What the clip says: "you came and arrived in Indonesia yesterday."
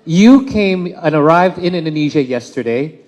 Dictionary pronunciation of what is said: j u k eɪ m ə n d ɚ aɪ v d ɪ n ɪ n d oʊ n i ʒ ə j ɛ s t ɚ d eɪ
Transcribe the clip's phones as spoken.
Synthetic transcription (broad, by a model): j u k eɪ m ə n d ɚ aɪ v d ɪ n ɪ n d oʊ n i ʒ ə j ɛ s t ɚ d eɪ